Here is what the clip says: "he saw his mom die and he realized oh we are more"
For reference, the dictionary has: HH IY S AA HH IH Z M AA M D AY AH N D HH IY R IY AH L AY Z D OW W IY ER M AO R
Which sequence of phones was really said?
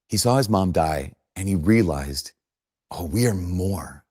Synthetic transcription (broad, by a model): HH IY S AA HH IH Z M AA M D AY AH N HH IY R IY AH L AY Z D OW W IY ER M AO R